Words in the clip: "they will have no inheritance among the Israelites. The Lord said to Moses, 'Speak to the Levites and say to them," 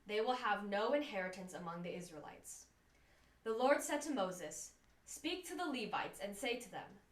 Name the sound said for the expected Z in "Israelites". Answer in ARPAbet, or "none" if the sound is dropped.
Z